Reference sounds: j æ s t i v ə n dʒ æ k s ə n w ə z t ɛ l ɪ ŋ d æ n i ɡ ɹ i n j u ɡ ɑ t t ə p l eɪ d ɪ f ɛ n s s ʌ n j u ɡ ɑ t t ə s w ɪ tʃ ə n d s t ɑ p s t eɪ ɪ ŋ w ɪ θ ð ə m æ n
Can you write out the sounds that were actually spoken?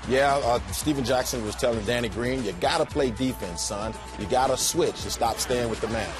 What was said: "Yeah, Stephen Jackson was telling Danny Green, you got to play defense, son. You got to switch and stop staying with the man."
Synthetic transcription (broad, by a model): j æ s t i v ə n dʒ æ k s ə n w ə z t ɛ l ɪ ŋ d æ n i ɡ ɹ i n j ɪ ɡ ɑ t t ə p l eɪ d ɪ f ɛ n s s ʌ n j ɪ ɡ ɑ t t ə s w ɪ tʃ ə s t ɑ p s t eɪ ɪ ŋ w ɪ ð ə m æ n